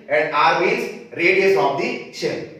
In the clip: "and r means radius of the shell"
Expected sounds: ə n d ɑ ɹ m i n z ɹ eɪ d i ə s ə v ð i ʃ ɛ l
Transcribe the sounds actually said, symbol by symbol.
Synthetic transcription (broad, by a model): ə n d ɑ ɹ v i z ɹ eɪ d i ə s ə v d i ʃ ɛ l